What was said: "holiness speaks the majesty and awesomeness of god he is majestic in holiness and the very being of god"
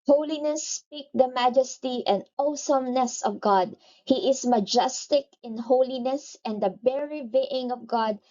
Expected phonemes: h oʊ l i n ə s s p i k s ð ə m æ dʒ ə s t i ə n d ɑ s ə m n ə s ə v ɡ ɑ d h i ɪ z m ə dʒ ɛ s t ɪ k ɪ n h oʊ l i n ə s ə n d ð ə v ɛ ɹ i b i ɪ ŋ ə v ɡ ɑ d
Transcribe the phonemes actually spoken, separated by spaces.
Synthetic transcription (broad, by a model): h oʊ l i n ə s s p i k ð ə m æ dʒ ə s t i ə n d ɑ s ə m n ə s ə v ɡ ɑ d h i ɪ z m ə dʒ ɛ s t ɪ k ɪ n h oʊ l i n ə s ə n d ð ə b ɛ ɹ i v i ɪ ŋ ə v ɡ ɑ d